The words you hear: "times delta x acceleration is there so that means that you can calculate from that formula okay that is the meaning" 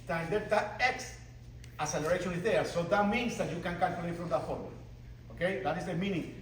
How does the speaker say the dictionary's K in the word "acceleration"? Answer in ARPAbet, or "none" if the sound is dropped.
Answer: none